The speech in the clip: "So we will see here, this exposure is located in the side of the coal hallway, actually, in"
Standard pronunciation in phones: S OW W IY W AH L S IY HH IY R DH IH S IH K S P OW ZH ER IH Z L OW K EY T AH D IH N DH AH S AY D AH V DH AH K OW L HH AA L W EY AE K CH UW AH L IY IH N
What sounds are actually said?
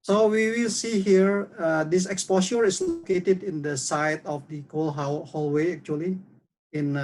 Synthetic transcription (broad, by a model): S OW W IY W AH L S IY HH IY R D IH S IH K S P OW S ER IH S L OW K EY T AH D IH N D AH S AY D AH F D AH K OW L HH AA L W EY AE K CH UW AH L IY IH N